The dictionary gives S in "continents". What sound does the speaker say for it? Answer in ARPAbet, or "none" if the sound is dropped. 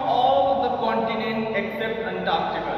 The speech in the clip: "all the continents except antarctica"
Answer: none